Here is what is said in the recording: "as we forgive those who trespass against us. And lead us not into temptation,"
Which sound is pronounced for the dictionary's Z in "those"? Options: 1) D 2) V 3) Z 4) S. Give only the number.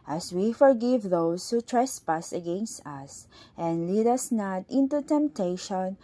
4